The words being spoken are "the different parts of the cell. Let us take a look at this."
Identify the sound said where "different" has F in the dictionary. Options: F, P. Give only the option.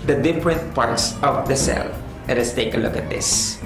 P